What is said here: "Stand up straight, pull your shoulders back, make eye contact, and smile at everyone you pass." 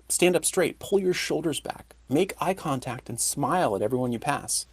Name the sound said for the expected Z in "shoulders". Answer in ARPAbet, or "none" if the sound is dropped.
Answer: Z